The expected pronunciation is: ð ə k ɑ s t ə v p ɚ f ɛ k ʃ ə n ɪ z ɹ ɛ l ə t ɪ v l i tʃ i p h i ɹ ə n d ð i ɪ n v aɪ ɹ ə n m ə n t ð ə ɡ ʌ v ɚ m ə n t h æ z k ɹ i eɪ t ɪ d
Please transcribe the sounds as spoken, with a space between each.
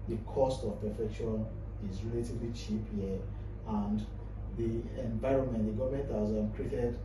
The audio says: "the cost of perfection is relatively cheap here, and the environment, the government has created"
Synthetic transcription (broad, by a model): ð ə k ɑ s t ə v p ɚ f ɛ k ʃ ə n ɪ z ɹ ɛ l ə t ɪ v l i tʃ i p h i ə n d ð i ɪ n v aɪ ɹ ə n m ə n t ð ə ɡ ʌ v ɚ m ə n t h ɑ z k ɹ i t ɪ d